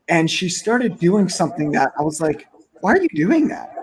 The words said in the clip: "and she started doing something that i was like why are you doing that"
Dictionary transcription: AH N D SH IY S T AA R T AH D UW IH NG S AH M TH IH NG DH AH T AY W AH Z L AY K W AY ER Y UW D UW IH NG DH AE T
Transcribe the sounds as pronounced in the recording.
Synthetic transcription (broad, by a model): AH N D SH IY S T AA R T AH D UW IH NG S AH M TH IH NG DH AH T AY W AH Z L AY K W AY ER Y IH D UW IH NG DH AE T